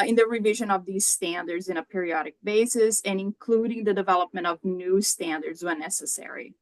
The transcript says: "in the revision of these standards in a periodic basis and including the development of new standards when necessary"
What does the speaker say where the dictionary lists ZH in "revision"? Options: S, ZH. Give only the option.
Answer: ZH